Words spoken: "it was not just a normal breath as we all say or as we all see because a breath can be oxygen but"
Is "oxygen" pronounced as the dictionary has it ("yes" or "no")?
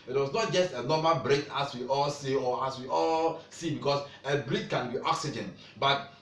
yes